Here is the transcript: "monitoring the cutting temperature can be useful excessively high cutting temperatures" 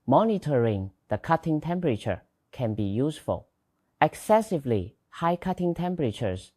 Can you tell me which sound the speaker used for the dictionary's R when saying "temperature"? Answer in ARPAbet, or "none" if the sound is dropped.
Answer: R